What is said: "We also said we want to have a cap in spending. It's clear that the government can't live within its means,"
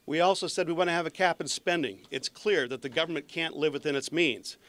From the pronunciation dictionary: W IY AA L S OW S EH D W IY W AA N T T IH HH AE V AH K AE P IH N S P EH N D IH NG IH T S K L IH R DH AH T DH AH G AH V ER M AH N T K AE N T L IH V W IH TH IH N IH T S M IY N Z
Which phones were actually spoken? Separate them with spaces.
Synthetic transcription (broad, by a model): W IY AA L S OW S EH D W IY W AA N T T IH V AH K AE P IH N S P EH N D IH NG IH T S K L IH R DH AH T DH AH G AH V ER M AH N K AE N T L IH V W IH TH IH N IH T S M IY N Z